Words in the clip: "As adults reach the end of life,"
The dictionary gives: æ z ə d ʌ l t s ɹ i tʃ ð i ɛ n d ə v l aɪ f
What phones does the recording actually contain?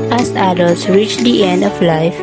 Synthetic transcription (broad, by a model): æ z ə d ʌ l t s ɹ i tʃ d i ɛ n d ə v l aɪ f